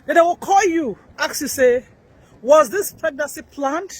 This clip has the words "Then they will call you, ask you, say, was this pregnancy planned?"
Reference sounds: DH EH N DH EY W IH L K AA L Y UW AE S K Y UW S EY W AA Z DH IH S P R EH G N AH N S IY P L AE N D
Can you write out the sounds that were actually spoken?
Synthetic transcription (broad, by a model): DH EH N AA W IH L K AA L Y UW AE K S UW S EY W AA Z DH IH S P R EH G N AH S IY P L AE N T